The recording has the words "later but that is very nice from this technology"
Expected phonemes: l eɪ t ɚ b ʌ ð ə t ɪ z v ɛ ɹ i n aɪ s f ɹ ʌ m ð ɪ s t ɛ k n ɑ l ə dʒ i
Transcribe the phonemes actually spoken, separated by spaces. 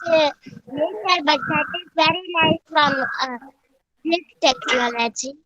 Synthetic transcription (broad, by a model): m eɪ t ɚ b ʌ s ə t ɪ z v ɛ ɹ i l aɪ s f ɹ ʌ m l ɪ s t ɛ k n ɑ l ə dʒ i